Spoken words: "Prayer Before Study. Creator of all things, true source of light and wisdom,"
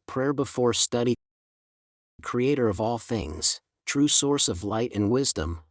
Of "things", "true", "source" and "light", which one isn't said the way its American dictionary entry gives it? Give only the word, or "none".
none